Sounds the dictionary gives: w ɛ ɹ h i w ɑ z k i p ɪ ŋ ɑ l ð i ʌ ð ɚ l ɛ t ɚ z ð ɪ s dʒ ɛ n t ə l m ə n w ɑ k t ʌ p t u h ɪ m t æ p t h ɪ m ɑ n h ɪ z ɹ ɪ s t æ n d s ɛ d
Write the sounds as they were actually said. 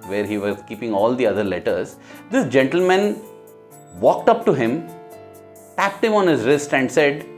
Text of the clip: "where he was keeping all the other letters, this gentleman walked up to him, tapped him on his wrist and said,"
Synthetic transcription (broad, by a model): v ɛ ɹ h i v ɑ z k i p ɪ ŋ ɑ l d i ʌ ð ɚ l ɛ t ɚ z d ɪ s dʒ ɛ n t ə l m ə n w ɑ k t ʌ p t u h ɪ m t æ p t h ɪ m ɑ n h ɪ z ɹ ɪ s t æ n d s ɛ d